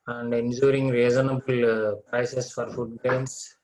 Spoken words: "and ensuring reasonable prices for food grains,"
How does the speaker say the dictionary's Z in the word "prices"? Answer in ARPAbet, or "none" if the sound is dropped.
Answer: S